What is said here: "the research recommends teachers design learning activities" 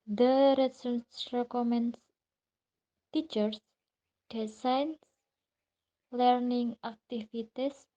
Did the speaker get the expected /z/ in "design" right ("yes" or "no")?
no